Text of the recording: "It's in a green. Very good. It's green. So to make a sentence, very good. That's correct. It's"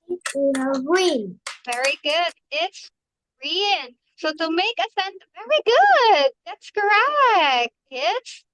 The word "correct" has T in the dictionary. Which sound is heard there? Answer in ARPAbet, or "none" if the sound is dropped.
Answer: none